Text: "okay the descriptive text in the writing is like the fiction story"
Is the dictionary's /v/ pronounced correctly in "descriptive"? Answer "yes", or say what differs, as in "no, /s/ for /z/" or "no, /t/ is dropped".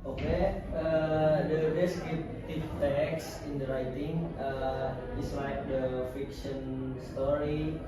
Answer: no, /f/ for /v/